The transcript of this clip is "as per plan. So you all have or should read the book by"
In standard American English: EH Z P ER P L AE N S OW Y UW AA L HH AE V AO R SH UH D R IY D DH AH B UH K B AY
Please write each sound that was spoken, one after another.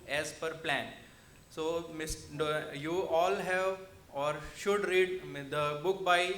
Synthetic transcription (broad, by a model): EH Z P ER P L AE N S OW Y UW AA L HH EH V AO R SH UH D R IY D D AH B UH K B AY